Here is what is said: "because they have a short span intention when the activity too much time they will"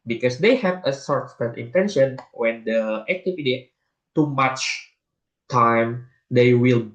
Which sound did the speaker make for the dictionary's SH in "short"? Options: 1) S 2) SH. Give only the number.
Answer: 1